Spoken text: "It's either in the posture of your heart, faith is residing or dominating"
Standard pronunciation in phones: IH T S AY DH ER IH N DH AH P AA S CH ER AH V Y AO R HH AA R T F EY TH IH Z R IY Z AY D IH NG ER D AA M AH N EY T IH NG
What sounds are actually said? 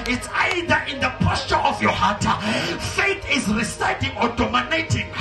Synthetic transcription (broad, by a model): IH T S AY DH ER IH N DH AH P AA S CH ER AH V Y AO HH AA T F EY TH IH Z R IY S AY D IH NG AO D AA M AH N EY T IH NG